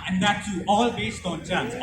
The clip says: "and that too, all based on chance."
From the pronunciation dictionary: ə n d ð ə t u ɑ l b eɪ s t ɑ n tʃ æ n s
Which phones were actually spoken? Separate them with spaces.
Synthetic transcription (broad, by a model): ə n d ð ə t u ɑ l b eɪ s t ɑ n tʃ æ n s